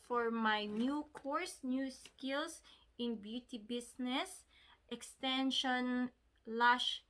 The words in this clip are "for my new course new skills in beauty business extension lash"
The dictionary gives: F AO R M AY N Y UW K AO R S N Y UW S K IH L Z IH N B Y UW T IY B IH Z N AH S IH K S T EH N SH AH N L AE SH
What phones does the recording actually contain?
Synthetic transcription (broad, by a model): F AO R M AY N Y UW K AO R S N Y UW S K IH L S IH N B Y UW T IY B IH S N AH S IH K S T EH N SH AH N L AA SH